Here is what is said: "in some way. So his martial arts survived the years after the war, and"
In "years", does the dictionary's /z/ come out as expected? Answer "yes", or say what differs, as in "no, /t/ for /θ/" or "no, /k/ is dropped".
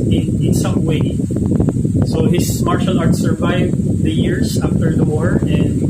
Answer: no, /s/ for /z/